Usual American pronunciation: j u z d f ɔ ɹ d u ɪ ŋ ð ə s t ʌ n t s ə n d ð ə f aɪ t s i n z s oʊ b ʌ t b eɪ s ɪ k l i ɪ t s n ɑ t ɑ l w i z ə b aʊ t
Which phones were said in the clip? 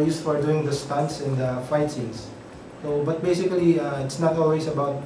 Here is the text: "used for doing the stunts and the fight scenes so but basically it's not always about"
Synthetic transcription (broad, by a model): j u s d f ɔ ɹ d u ɪ ŋ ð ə s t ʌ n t s ə n d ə f aɪ t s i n s oʊ b ʌ t b eɪ s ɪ k l i ɪ t s n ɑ t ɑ l w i s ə b aʊ t